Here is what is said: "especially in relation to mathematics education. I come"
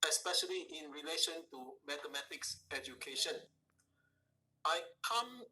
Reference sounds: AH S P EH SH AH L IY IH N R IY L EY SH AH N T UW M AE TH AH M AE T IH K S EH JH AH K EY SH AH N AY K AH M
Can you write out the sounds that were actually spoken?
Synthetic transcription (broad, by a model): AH S P EH SH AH L IY IH N R IY L EY SH AH N T UW M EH T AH M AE T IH K S EH JH AH K EY SH AH N AY K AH M